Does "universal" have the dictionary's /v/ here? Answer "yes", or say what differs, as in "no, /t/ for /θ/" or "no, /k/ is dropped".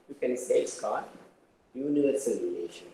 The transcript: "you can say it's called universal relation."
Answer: no, /v/ is dropped